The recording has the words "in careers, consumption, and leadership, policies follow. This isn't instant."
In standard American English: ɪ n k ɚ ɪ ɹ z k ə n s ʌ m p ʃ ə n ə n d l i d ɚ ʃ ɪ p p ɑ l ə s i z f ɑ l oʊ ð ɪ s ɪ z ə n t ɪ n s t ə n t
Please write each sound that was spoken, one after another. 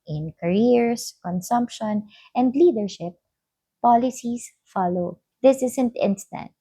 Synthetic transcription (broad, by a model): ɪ n k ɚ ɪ ɹ s k ə n s ʌ m p ʃ ə n ə n d l i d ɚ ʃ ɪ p p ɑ l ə s i s f ɑ l oʊ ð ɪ s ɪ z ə n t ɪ n s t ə n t